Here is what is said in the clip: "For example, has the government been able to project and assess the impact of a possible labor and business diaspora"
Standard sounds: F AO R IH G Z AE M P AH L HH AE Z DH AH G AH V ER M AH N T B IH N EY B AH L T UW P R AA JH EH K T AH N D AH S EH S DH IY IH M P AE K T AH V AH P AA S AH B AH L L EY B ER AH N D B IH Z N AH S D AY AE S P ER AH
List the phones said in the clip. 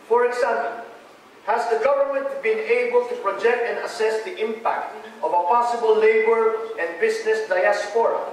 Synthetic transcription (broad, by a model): F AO R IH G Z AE M P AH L HH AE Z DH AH G AH V ER M AH N T B IH N EY B AH L T UW P R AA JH EH K T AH N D AH S EH S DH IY IH M P AE K T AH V AH P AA S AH B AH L L EY B ER AH N D B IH S N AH S D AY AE S P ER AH